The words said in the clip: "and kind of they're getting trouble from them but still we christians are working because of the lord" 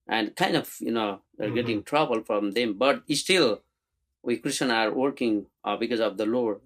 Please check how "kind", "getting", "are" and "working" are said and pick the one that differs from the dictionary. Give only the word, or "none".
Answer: none